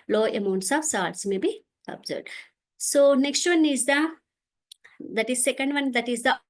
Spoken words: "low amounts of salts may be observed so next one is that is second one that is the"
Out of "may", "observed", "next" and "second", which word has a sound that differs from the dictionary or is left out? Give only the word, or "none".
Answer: observed